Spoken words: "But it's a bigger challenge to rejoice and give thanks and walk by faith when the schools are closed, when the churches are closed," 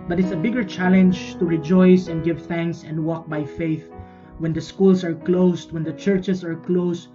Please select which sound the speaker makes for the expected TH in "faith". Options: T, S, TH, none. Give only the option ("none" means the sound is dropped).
TH